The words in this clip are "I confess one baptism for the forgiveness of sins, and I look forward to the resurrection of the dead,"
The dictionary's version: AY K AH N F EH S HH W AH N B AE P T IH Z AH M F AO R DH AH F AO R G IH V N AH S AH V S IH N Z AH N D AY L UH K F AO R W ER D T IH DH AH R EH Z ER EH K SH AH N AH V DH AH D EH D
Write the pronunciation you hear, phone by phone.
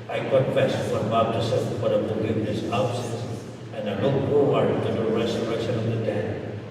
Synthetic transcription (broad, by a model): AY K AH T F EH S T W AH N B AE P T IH S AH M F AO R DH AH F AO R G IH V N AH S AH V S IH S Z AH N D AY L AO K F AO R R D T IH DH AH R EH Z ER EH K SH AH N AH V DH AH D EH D